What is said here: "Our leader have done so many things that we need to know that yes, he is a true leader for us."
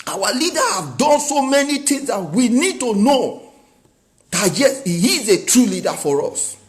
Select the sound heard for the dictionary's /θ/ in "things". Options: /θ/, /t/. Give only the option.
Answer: /t/